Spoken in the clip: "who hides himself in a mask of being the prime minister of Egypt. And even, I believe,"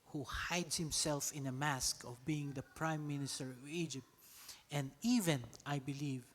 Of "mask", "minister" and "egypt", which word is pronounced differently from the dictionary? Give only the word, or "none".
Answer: none